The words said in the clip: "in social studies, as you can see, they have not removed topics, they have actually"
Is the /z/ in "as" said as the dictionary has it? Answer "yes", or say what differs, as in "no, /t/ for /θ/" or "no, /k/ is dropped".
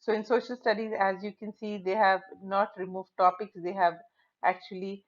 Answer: yes